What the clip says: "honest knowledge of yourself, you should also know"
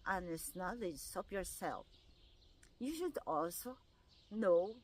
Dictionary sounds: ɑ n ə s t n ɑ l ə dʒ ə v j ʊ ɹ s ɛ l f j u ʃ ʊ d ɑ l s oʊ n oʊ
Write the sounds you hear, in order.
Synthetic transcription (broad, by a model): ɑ n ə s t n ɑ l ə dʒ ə p j ʊ ɹ s ɛ l f j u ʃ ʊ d ɑ l s oʊ n oʊ